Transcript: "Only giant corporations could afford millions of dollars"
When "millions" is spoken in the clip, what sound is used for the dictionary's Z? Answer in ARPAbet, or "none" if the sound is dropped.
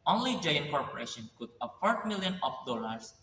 none